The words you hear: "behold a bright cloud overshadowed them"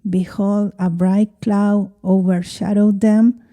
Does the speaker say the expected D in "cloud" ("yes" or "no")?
no